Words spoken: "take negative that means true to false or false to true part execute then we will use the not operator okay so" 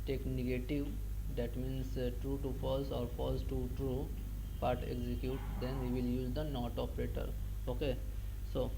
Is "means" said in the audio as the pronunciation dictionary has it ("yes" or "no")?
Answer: no